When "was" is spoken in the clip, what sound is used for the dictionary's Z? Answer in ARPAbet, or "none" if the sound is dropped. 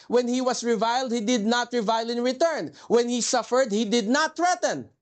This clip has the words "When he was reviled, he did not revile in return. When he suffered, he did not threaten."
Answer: S